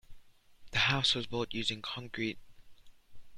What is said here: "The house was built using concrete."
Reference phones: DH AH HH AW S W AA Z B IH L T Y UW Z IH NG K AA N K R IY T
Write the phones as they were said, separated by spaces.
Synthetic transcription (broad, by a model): DH AH HH AW S W AA Z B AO T Y UW Z IH NG K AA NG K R IY T